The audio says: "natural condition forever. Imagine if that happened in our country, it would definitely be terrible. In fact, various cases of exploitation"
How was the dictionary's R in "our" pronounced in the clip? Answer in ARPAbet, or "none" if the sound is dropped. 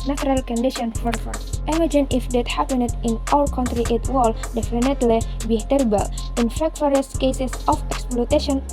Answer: L